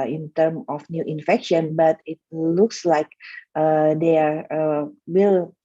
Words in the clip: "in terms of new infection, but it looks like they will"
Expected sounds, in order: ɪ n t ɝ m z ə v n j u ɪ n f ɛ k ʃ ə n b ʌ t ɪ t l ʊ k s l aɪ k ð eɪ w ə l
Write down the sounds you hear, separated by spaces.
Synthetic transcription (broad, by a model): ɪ n t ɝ m ə f n j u ɪ n f ɛ k ʃ ə n b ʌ t ɪ t l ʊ k s l aɪ k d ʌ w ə l